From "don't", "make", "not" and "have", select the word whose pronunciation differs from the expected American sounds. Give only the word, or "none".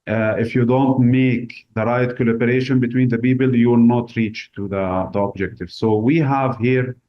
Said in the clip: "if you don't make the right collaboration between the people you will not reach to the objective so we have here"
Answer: none